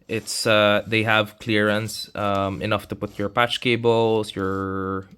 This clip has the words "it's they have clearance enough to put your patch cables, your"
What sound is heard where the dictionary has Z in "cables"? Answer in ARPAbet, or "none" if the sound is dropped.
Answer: S